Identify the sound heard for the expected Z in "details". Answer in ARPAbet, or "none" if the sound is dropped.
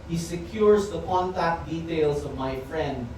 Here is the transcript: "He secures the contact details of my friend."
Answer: S